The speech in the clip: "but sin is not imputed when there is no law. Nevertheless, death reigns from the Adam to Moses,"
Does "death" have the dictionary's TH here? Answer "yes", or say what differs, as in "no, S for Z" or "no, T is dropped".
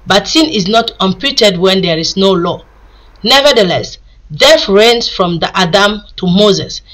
no, F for TH